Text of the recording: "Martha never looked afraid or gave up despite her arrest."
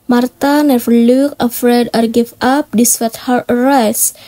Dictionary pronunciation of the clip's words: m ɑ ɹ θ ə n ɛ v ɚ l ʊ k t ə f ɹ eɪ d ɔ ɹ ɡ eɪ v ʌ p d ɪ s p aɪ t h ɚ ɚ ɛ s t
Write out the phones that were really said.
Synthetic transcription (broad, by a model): m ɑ ɹ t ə n ɛ v ɚ l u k ə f ɹ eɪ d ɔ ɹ ɡ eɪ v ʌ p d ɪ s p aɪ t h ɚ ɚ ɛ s